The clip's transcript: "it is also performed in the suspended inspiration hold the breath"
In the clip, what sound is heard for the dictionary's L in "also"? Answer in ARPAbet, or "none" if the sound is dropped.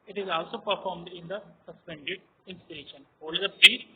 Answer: L